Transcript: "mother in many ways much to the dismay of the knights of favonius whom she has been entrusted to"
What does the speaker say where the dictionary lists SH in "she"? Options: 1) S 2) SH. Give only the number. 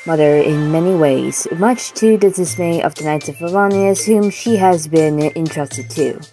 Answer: 2